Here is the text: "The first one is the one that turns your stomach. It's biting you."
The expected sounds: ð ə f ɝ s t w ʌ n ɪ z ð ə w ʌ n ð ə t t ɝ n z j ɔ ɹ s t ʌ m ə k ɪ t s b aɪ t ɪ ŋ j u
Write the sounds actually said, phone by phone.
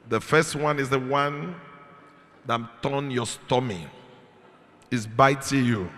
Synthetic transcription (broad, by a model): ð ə f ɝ s t w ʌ n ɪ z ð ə w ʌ n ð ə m t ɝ n j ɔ s t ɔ m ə ɪ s b aɪ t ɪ j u